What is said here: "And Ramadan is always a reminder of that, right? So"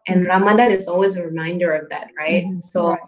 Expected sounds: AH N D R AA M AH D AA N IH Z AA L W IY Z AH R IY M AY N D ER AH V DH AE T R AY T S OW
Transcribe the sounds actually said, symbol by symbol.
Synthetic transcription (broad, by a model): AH N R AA M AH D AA IH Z AA L W IY Z AH R IY M AY N D ER AH V DH AE T R AY T S OW